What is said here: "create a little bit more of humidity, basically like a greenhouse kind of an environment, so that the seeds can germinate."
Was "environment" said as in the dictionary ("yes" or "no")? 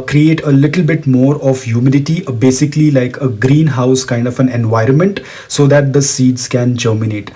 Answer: yes